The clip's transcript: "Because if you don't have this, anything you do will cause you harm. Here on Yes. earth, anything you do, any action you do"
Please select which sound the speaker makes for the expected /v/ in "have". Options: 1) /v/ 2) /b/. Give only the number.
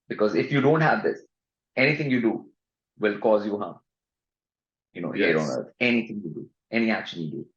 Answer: 1